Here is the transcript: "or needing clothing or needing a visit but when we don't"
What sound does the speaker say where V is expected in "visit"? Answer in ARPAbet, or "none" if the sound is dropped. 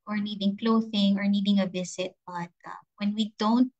B